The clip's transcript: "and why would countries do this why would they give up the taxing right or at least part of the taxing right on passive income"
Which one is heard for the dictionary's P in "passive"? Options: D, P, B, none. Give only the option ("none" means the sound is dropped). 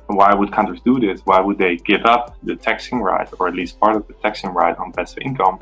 B